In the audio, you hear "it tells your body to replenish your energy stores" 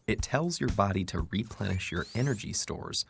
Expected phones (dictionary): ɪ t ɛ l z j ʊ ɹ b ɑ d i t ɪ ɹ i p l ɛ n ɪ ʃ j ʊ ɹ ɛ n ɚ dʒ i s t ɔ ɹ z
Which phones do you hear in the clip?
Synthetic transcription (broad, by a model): ɪ t ɛ l z j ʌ ɹ b ɑ d i t ɪ ɹ i p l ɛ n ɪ ʃ j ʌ ɹ ɛ n ɚ dʒ i s t ɔ ɹ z